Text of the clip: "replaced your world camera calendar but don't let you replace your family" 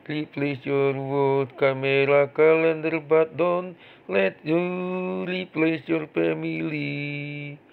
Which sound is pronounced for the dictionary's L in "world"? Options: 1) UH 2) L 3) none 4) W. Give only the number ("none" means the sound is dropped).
3